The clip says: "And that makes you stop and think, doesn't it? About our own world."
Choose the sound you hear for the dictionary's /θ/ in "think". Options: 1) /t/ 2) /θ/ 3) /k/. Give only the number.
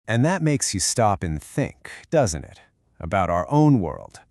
2